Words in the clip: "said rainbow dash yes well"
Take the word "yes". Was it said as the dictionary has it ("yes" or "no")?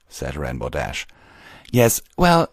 yes